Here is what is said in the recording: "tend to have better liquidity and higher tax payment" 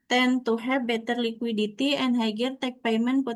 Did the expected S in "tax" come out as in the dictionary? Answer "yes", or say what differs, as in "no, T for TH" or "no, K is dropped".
no, S is dropped